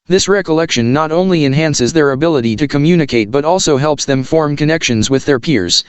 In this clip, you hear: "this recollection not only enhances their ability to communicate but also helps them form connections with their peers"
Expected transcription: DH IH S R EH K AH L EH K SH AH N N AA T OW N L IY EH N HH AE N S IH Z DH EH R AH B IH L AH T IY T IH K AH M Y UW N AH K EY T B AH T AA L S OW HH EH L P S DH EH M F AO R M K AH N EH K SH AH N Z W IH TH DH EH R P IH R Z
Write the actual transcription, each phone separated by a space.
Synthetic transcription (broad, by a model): DH IH S R EH K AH L EH K SH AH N N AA T OW N L IY EH N HH AE N S IH Z DH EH R AH B IH L AH T IY T IH K AH M Y UW N AH K EY T B AH T AA L S OW HH EH L P S DH EH M F AO R M K AH N EH K SH AH N Z W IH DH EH R P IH R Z